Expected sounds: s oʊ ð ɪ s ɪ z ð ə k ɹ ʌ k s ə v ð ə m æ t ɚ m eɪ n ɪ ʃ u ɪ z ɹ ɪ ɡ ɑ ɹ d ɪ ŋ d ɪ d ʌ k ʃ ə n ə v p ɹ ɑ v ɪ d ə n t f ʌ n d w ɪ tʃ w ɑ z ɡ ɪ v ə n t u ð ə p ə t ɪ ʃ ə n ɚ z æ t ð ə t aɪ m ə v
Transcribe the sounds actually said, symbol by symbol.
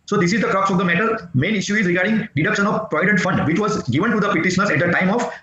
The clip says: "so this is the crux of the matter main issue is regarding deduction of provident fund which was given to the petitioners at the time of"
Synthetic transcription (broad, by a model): s oʊ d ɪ s ɪ z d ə k ɹ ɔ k s ə v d ə m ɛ t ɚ m eɪ n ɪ ʃ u ɪ z ɹ ɪ ɡ ɑ ɹ d ɪ ŋ d ɪ d ʌ k ʃ ə n ə v p ɹ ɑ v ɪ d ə n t f ʌ n d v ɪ tʃ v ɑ z ɡ ɪ v ə n t u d ə p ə t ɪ ʃ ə n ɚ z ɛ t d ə t aɪ m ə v